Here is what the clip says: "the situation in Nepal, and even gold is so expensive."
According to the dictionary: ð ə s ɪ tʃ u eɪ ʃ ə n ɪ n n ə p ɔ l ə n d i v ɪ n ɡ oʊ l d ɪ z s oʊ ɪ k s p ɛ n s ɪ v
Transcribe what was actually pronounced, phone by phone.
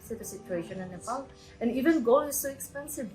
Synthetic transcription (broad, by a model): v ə s ɪ tʃ u eɪ ʃ ə n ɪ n n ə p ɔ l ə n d i v ɪ n ɡ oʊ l ɪ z s oʊ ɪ k s p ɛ n s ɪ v